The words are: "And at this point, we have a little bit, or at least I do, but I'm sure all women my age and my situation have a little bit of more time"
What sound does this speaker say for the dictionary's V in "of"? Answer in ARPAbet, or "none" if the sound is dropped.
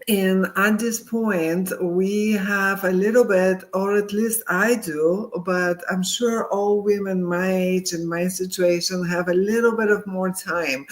V